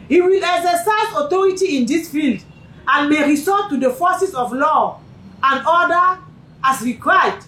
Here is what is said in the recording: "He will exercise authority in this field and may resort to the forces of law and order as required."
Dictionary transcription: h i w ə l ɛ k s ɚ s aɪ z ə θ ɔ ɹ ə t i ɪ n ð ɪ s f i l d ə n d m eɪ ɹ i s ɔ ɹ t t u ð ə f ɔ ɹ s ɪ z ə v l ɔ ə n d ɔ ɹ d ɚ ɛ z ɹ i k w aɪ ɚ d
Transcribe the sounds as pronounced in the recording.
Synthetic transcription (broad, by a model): h i w ə l ɛ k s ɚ s aɪ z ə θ ɔ ɹ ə t i ɪ n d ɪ s f i l d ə n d m eɪ ɹ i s ɔ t t u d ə f ɔ s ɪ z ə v l ɔ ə n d ɔ d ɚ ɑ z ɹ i k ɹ aɪ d